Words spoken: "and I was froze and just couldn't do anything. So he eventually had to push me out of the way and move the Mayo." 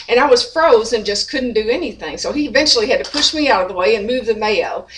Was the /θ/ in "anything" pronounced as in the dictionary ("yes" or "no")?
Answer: yes